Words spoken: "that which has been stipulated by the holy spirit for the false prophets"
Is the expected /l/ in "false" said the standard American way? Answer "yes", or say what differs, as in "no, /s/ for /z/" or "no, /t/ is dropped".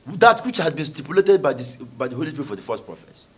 no, /l/ is dropped